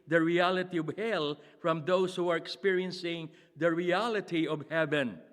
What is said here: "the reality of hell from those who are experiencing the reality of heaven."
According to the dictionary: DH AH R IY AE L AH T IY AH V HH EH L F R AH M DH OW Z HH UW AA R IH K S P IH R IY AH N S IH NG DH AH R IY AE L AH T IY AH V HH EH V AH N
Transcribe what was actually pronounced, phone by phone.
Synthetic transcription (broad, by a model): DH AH R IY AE L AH T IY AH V HH EH L F R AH M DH OW S HH UW AA R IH K S P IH R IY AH N S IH NG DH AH R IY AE L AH T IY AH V HH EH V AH N